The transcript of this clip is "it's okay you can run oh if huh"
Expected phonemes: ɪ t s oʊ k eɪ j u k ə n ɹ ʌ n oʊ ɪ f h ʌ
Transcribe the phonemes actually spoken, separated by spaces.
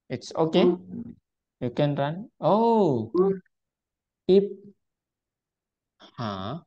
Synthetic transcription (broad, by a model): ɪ t s oʊ k eɪ j u k ə n ɹ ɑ n oʊ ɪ p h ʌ